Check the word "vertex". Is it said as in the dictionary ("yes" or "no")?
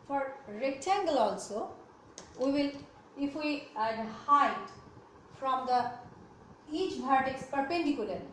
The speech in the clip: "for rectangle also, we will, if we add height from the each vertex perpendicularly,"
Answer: no